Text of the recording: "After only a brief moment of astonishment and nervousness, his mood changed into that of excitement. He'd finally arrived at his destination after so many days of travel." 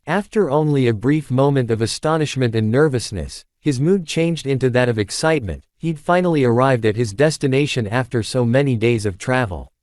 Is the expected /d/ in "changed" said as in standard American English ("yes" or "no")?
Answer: yes